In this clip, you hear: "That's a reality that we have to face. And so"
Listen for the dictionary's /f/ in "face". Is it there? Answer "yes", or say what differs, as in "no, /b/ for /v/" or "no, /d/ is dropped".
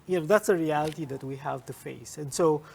yes